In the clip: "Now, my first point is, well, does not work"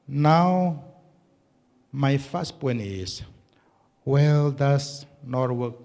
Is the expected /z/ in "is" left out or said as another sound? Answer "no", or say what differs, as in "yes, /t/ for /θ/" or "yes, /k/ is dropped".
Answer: yes, /s/ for /z/